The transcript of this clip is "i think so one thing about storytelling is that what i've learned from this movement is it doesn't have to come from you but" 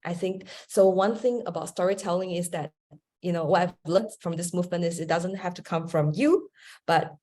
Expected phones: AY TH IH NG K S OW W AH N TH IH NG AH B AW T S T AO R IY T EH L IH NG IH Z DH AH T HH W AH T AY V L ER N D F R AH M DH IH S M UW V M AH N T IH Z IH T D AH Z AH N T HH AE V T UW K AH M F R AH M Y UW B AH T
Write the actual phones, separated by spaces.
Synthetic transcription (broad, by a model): AY TH IH NG K S OW W AH N TH IH NG AH B AW T S T AO R IY T EH L IH NG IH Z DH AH T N W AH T AY V L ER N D F R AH M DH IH S M UW V M AH N T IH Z IH T D AH Z AH N T HH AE F T UW K AH M F R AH M Y UW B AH T